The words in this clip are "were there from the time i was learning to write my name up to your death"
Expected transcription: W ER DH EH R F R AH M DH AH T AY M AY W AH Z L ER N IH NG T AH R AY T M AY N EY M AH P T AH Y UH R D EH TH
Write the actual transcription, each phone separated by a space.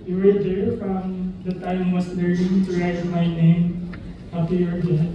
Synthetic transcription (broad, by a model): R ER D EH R F R AH M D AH T AY M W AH S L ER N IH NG T AH R AY T M AY N EY M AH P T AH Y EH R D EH